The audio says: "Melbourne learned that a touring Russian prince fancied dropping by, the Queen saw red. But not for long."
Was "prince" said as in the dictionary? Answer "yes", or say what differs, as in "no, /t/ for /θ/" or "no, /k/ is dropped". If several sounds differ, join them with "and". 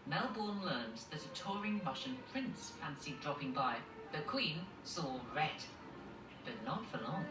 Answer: yes